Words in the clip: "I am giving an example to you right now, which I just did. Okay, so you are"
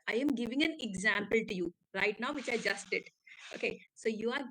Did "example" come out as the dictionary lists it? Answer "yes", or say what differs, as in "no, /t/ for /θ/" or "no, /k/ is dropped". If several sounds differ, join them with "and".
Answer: yes